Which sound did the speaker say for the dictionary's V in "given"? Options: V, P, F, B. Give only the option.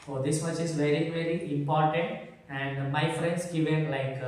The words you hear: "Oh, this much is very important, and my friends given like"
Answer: V